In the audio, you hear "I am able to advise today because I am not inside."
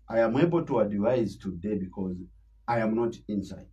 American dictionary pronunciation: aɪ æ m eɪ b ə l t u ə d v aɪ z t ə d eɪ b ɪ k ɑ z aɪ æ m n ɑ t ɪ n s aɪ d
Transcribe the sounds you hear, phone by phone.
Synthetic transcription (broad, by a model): aɪ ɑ m eɪ b ə l t u ə d v aɪ z t ə d eɪ b ɪ k ɑ z aɪ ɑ m n ɑ t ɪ n s aɪ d